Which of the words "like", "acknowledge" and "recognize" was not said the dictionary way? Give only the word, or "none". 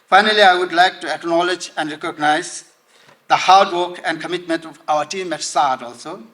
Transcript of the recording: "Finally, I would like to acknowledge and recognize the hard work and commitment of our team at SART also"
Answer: none